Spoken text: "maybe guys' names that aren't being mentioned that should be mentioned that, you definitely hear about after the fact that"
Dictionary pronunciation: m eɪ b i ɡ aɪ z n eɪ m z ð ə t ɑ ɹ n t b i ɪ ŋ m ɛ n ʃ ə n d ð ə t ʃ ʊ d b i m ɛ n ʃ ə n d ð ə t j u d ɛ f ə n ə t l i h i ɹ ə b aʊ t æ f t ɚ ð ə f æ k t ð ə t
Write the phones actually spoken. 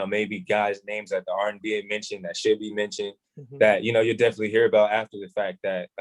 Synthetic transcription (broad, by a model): m eɪ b i ɡ aɪ z n eɪ m z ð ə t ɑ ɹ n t b i ɪ ŋ m ɛ n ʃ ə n ð ə t ʃ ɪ d b i m ɛ n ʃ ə n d ð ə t j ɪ d ɛ f ə n ə t l i h i ɹ ə b aʊ t æ f t ɚ ð ə f æ k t ð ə t